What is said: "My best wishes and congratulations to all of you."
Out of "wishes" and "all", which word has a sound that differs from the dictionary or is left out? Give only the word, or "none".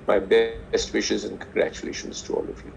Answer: none